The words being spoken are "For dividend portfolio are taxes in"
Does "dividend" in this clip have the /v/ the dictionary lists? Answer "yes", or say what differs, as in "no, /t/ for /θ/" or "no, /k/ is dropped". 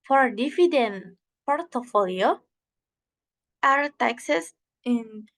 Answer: no, /f/ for /v/